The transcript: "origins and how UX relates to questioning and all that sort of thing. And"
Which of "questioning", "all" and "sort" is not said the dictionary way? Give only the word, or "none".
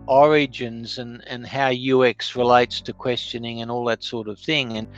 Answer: none